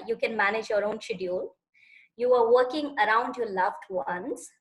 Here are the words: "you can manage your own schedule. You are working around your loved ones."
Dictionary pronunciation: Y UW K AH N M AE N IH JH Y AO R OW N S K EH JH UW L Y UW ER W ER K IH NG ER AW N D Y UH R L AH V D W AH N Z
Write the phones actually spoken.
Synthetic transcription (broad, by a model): Y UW K AH N M AE N IH JH Y AO R OW N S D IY UW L Y UW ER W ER K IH NG ER AW N D Y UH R L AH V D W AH N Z